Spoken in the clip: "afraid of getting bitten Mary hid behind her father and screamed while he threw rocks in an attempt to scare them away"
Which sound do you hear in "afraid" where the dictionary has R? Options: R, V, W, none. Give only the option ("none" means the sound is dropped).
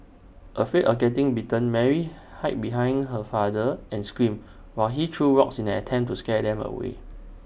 none